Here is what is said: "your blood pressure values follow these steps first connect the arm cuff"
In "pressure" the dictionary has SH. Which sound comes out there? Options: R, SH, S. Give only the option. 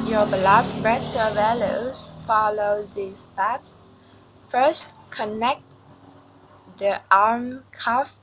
S